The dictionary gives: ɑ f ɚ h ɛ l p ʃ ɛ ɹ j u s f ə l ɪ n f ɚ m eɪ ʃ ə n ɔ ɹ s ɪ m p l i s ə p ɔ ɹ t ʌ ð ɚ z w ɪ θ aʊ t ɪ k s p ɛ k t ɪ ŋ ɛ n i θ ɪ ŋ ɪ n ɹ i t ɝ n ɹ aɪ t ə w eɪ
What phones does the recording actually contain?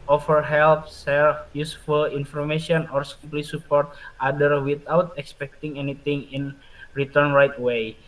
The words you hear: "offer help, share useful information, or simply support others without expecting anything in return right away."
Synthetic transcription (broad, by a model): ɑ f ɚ h ɛ l p s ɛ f j u s f ə l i n f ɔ m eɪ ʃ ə n ɔ ɹ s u p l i s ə p ɔ ɹ t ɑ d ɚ w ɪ t aʊ t ɪ k s p ɛ k t ɪ ŋ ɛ n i t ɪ ŋ ɪ n ɹ i t ɝ n ɹ aɪ t w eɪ